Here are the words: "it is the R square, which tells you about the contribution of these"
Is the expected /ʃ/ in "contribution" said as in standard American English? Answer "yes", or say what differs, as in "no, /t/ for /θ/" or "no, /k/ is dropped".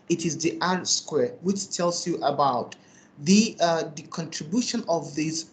yes